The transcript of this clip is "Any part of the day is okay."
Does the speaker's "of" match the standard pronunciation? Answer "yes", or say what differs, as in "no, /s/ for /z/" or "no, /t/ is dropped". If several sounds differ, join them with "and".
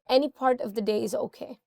yes